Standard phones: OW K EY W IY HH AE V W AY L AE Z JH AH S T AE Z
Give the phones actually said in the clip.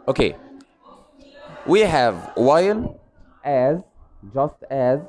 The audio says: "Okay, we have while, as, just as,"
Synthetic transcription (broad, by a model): OW K EY W IY HH AE V W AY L AE Z JH AH S T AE Z